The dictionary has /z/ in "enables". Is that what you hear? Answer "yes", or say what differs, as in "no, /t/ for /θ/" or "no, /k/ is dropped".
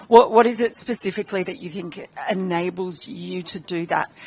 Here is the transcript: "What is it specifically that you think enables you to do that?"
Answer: yes